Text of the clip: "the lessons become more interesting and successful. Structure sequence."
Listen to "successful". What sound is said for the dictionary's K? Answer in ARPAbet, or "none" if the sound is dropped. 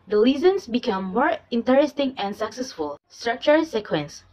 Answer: K